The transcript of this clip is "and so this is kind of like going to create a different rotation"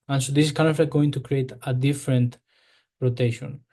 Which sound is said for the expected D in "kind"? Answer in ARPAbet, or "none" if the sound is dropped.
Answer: none